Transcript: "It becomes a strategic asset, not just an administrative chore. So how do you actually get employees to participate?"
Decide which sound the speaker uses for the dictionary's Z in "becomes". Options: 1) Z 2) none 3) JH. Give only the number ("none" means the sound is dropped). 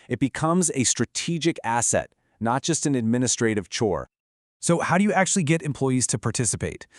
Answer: 1